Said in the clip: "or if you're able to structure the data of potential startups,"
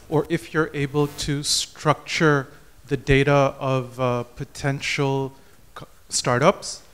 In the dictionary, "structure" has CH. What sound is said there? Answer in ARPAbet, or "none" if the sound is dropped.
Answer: CH